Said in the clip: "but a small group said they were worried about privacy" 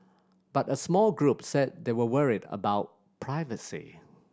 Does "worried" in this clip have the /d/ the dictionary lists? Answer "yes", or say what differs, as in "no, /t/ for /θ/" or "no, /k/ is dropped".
yes